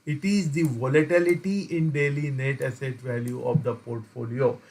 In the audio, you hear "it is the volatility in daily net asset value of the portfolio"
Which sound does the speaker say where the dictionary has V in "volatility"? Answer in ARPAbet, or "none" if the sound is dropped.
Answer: V